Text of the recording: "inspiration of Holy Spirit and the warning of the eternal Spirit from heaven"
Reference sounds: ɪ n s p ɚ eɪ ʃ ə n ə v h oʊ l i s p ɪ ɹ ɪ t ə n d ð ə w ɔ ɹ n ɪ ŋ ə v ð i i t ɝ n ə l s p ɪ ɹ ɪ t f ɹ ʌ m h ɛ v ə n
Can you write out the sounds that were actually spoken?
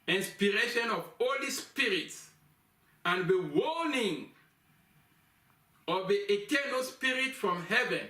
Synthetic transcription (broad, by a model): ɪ n s p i eɪ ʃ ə n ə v h oʊ l i s p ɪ ɹ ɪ t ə n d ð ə w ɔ l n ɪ ŋ ə v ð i i t ɝ n ə l s p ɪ ɹ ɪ t f ɹ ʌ m h ɛ v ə n